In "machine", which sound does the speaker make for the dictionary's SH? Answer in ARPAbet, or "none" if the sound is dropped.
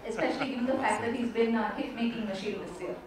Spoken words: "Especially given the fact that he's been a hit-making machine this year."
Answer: SH